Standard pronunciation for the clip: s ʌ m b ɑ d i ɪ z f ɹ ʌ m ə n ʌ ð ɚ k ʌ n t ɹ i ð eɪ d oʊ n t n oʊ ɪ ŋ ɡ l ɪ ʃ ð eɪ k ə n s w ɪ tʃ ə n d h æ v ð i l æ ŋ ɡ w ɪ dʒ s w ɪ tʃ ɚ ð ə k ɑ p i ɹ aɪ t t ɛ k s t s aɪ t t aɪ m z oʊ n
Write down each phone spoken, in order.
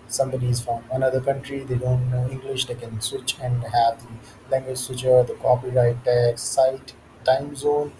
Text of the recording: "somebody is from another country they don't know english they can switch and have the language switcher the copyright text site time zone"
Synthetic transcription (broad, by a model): s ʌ m b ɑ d i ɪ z f ɹ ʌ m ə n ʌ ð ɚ k ʌ n t ɹ i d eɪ d oʊ n t n oʊ ɪ ŋ ɡ l ɪ ʃ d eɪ k ə n s w ɪ tʃ ə n d h æ v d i l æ ŋ ɡ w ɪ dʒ s w ɪ tʃ ɚ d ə k ɑ p i ɹ aɪ t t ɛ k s s aɪ t t aɪ m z oʊ n